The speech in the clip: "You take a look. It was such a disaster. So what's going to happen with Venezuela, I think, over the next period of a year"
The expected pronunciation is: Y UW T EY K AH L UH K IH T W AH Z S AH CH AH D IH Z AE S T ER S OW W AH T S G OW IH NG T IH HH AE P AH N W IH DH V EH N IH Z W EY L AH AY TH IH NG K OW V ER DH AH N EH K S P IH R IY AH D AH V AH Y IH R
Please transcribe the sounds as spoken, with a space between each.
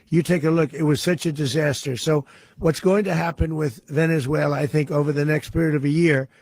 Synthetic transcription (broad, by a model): Y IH T EY K AH L UH K IH T W AH Z S AH CH AH D IH Z AE S T ER S OW W AH T S G OW IH NG T IH HH AE P AH N W IH DH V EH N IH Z W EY L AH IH TH IH NG K OW V ER DH AH N EH K S P IH R IY AH D AH V AH Y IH R